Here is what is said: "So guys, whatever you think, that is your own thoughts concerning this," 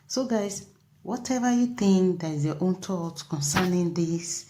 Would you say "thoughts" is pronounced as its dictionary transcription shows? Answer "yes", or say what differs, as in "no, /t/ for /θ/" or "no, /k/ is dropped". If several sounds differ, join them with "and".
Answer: no, /t/ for /θ/ and /s/ is dropped